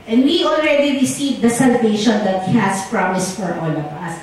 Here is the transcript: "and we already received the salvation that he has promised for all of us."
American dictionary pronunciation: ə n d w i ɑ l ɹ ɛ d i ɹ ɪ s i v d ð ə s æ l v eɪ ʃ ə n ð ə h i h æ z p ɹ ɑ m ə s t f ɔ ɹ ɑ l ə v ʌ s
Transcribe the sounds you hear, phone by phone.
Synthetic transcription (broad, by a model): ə n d w i ɑ l ɹ ɛ d i ɹ ɪ s i v d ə s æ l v eɪ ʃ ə n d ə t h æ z p ɹ ɑ m ə s t f ɔ ɹ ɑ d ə p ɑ s